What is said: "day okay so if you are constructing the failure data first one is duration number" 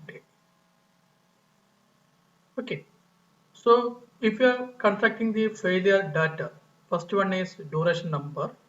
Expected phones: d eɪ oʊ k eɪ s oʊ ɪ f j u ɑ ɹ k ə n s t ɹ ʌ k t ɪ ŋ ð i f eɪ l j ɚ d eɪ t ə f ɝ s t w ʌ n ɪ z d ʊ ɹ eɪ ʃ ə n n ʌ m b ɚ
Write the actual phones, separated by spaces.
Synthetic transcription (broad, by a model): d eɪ oʊ k eɪ s oʊ ɪ f j u ɑ ɹ k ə n t ɹ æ k t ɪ ŋ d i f eɪ l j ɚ d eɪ t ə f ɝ s t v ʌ n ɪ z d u ɹ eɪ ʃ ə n n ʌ m b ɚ